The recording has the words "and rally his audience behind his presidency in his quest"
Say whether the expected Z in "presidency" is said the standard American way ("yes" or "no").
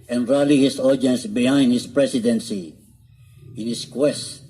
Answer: no